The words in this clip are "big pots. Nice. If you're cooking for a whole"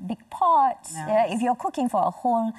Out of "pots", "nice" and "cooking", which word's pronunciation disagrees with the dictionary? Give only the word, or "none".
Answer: nice